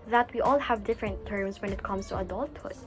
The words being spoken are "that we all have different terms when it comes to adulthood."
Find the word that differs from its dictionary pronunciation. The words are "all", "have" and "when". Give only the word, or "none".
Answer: none